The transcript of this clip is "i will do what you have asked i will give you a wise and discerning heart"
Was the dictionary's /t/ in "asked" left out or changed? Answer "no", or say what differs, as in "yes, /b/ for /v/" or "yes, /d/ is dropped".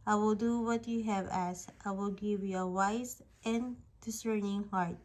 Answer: no